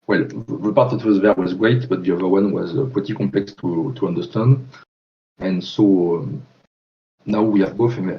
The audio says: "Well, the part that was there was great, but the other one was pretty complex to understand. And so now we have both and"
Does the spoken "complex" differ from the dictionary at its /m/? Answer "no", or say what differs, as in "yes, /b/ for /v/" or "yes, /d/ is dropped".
yes, /m/ is dropped